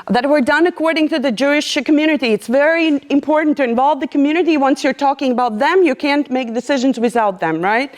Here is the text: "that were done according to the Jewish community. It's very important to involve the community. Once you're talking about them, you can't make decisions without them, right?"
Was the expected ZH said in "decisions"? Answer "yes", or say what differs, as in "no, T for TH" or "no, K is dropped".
yes